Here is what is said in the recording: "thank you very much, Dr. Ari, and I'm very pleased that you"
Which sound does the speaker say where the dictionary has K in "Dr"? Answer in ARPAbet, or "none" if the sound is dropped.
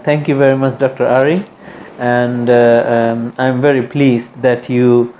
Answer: K